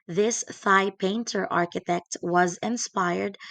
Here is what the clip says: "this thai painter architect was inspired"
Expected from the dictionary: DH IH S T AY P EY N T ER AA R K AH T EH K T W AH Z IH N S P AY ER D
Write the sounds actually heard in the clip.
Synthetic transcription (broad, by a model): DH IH S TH AY P EY N T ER AA R K AH T EH K T W AH Z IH N S P AY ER D